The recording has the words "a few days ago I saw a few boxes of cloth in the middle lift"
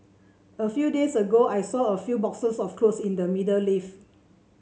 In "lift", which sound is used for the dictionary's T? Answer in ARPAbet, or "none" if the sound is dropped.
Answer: none